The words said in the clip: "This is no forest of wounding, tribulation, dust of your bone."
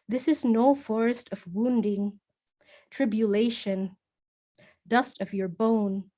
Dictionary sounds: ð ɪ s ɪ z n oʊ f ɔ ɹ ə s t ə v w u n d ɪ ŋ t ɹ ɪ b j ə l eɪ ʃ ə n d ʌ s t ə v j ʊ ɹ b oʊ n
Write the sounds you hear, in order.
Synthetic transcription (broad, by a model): ð ɪ s ɪ z n oʊ f ɔ ɹ ə s t ə v w u n d ɪ ŋ t ɹ ɪ b j ə l eɪ ʃ ə n d ʌ s t ə v j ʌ ɹ b oʊ n